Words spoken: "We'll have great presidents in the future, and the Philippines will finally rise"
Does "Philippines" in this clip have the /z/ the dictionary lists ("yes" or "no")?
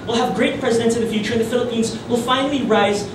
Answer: yes